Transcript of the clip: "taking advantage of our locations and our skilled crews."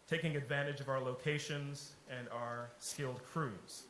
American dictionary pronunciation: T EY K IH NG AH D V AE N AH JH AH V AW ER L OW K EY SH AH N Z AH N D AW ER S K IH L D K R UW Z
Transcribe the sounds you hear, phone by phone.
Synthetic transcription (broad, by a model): T EY K IH NG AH D V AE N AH JH AH V AW ER L OW K EY SH AH N Z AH N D AW ER S K IH L D K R UW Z